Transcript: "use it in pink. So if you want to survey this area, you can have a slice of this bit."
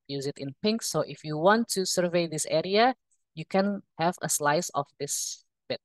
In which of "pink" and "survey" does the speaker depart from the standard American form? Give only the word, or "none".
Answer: none